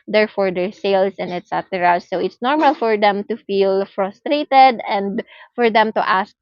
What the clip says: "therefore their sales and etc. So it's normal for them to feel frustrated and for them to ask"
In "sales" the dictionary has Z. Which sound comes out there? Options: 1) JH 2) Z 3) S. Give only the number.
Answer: 3